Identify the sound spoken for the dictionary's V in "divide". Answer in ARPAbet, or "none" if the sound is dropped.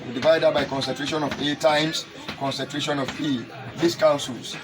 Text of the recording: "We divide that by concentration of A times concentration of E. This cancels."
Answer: V